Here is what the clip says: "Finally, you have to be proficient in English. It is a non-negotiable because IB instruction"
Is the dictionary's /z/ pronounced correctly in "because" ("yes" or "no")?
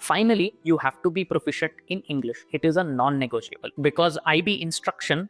yes